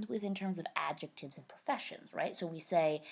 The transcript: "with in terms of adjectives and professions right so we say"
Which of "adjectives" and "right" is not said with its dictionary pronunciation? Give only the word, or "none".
none